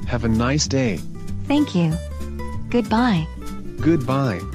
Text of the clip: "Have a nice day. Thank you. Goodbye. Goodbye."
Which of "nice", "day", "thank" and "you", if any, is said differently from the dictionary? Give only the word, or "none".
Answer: none